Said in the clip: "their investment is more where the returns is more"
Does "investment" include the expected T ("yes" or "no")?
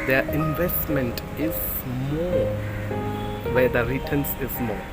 yes